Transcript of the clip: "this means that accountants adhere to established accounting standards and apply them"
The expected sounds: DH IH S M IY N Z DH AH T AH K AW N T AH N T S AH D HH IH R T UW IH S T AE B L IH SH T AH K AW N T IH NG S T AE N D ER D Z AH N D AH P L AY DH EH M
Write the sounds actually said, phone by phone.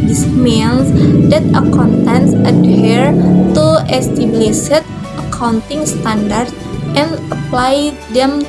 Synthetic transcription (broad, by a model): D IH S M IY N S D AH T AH K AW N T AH N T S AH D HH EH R T UW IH S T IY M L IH S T AH K AW N T IH NG S T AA N D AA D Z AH N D AH P L AY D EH M